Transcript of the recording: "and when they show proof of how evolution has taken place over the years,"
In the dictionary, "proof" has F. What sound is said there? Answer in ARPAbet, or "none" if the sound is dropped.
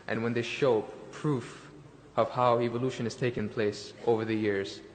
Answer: F